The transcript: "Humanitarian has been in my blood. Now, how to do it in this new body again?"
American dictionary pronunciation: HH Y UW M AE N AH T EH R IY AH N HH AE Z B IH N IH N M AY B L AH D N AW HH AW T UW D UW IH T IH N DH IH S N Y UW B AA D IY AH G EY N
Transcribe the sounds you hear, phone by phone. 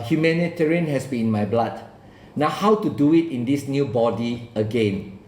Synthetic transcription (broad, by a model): HH Y UW M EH N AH T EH R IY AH N HH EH S B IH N N M AY B L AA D N AW HH AW T UW D UW IH T IH N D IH S N Y UW B AA D IY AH G EY N